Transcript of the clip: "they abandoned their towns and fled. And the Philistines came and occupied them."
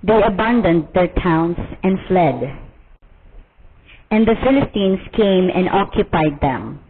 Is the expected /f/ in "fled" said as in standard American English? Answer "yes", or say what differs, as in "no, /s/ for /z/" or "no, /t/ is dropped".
yes